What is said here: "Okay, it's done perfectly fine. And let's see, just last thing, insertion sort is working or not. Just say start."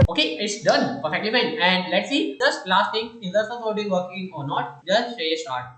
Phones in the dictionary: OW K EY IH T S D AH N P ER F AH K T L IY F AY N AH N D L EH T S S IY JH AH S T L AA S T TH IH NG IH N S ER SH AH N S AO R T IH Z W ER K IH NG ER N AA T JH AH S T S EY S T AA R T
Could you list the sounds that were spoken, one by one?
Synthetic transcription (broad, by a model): OW K EY IH T S D AH N P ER F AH K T L IY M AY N AH N D L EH T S S IY JH AH S T L AA S T T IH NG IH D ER S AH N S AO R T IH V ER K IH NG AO N AA T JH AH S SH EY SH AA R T